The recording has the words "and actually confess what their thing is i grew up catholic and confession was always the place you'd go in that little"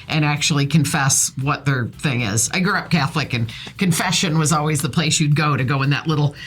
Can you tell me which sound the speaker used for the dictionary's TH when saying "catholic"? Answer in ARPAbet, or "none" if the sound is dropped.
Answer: TH